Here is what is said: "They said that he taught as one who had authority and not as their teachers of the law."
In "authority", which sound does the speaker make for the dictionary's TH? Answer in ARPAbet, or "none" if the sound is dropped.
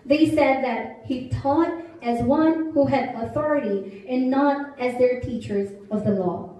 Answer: TH